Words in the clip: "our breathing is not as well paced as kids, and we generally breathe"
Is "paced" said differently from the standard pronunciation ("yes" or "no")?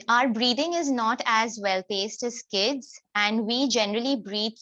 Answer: no